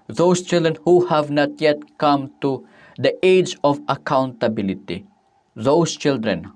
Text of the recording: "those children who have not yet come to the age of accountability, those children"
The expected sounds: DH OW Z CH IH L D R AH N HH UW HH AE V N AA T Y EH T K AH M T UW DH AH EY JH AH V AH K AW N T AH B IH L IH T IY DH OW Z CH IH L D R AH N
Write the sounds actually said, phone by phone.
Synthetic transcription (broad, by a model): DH OW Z CH IH L D R AH N HH UW HH AE V N AA T Y EH T K AH M T UW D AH EY JH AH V AH K AW N T AH B IH L IH T IY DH OW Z CH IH L D R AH N